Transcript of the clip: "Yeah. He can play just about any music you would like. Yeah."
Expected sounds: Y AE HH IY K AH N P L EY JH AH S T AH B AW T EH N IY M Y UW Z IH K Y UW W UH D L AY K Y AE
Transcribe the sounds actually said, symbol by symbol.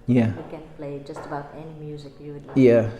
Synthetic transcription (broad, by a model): Y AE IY K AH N P L EY JH AH S T AH B AW T EH N IY M Y UW Z IH K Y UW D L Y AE